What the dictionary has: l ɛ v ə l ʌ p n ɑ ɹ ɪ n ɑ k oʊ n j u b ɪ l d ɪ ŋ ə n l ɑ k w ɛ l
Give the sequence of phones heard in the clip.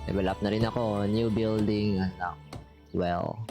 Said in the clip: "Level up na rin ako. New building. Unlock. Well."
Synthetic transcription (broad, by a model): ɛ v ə l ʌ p n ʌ ɹ ɪ n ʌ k oʊ n j u b ɪ l d ɪ ŋ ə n ɑ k w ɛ l